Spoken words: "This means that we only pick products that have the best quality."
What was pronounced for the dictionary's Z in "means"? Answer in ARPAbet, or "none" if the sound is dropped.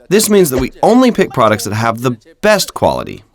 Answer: Z